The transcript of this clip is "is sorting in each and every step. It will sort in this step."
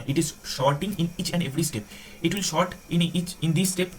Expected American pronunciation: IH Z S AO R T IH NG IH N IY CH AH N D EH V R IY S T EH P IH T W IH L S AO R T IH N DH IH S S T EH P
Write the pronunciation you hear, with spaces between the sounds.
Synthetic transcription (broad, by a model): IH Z SH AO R T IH NG IH N IY CH AH N D EH V R IY S T EH P IH T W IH L SH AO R T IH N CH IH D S T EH P